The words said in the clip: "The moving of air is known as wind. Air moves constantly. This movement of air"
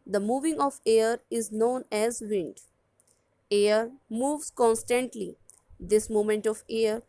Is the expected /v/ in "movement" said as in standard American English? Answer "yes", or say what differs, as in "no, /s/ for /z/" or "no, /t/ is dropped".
no, /v/ is dropped